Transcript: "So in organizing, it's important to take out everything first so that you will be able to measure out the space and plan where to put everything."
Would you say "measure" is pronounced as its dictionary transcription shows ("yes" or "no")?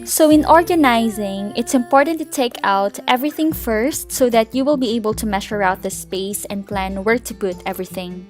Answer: no